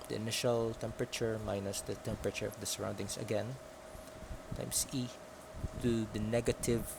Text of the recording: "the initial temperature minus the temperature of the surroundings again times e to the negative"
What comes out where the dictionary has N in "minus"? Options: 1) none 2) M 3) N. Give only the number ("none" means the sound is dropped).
3